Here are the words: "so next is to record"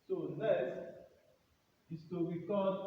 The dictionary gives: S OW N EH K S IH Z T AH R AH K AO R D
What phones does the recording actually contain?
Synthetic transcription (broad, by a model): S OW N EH S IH S T AH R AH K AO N